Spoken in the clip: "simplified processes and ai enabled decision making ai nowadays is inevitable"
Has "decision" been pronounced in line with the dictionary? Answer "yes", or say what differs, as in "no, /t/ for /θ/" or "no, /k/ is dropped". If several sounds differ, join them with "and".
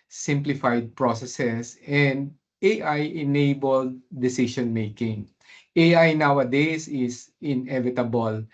no, /ʃ/ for /ʒ/